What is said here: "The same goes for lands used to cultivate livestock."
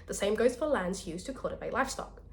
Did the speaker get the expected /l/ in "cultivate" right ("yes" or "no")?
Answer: no